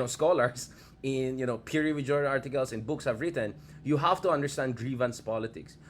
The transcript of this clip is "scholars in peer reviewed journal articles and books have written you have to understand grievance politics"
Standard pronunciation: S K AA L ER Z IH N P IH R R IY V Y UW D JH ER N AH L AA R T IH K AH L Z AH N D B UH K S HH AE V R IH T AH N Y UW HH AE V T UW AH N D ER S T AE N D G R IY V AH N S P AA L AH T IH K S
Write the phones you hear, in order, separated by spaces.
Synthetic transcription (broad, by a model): S K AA L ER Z IH N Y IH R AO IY P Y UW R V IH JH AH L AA R T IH K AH L S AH N B UH K S HH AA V R IH T AH N Y UW HH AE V T UW AH N D ER S T AE N D G R IY V AH N S P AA L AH T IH K S